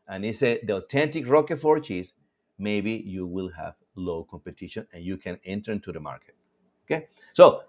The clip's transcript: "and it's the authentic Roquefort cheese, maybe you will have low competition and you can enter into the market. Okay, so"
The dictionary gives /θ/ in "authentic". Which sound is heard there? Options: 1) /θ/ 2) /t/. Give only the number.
2